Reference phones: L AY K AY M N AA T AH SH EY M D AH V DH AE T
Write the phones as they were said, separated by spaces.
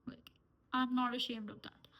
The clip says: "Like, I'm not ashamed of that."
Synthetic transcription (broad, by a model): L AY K AY M N AA T AH SH EY M D AH V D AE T